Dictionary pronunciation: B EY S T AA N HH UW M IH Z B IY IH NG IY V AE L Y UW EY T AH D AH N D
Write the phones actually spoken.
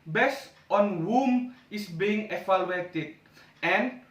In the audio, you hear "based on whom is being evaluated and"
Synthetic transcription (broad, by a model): B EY S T AA N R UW M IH S B IY IH NG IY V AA L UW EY T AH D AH N